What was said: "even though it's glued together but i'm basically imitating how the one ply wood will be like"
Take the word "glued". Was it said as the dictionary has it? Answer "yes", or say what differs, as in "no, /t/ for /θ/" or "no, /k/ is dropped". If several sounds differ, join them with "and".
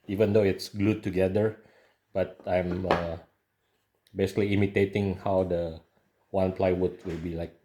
yes